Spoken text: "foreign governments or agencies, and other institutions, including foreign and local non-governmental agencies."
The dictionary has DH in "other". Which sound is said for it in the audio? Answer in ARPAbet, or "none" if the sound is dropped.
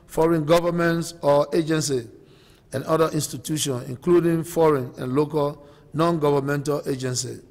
none